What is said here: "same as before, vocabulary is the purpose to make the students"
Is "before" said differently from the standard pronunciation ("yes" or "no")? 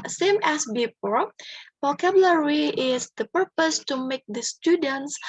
yes